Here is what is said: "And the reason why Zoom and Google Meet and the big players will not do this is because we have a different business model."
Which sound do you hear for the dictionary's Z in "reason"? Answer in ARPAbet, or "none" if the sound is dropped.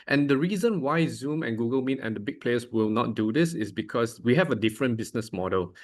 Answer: Z